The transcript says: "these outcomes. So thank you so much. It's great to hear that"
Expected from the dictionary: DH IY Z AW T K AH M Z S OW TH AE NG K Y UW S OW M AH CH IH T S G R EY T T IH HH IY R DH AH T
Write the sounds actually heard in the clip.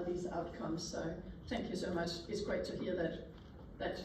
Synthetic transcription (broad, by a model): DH IY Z AW T K AH M Z S OW TH AE NG K Y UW S OW M AH CH IH T S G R EY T T IH HH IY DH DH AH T